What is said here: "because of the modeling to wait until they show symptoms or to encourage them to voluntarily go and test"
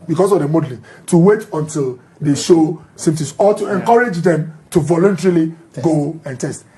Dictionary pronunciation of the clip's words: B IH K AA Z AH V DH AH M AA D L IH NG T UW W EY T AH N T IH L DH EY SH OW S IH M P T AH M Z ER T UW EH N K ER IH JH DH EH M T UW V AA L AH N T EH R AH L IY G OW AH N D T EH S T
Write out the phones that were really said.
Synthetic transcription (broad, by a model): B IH K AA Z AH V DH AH M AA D L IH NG T UW W EY T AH N T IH L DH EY SH OW S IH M T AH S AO T UW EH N K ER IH JH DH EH M T UW V AA L AH N T EH R AH L IY G OW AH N T EH S T